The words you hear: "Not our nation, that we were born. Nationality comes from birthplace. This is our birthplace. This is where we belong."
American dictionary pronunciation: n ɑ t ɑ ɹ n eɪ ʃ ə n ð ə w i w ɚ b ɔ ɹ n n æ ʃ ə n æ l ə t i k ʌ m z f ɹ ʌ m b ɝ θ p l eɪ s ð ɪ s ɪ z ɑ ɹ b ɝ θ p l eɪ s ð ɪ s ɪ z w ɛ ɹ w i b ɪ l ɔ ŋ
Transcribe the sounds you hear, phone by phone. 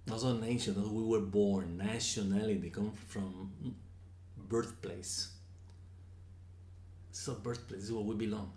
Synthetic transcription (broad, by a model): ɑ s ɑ n eɪ ʃ ə n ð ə w i w ɚ b ɔ ɹ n n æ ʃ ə n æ l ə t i k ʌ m f ɹ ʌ m b ɝ θ p l eɪ s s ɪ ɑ b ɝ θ p l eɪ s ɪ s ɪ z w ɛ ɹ w i b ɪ l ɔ ŋ